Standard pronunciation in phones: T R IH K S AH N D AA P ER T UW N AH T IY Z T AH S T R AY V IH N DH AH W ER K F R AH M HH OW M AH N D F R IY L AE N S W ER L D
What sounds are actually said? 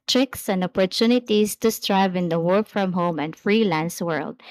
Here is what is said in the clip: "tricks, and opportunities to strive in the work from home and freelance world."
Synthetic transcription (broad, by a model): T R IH K S AH N D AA P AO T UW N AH T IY S T AH S T R AY V IH N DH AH W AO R F R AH M HH OW M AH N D F R IY L AE N S W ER L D